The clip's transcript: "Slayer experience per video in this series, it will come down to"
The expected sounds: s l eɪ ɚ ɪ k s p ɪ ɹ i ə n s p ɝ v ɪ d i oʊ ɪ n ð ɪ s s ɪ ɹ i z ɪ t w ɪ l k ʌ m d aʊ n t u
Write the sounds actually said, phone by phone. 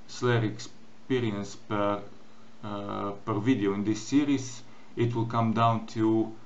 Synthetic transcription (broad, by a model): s l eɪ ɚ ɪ k s p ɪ ɹ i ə n s p ɝ v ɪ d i oʊ ɪ n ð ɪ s s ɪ ɹ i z ɪ t w ɪ l k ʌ m d aʊ n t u